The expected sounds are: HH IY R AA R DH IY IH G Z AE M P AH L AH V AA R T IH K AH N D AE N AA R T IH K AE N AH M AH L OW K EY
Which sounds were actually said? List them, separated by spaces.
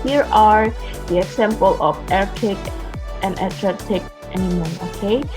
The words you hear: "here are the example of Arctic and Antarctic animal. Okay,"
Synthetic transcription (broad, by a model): HH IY R AA R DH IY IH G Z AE M P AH L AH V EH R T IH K AH N D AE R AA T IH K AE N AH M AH N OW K EY